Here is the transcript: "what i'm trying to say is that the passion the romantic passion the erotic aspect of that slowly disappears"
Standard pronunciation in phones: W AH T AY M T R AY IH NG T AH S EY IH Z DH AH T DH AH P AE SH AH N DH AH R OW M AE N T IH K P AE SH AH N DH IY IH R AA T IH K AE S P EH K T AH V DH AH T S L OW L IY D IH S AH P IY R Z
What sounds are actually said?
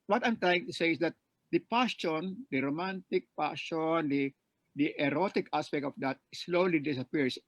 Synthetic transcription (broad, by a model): W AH T AY M T R AY IH NG T AH S EY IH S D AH T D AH P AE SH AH N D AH R OW M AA N T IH K P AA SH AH N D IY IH R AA T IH K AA S P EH K T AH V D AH T S L OW L IY D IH S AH P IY R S